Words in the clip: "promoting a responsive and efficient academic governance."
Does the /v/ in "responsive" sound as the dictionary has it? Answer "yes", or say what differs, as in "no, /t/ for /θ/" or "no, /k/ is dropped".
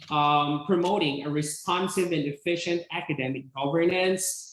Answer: yes